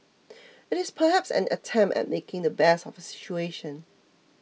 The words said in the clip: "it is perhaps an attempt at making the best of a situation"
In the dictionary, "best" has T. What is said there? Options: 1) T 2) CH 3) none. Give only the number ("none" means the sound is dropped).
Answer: 3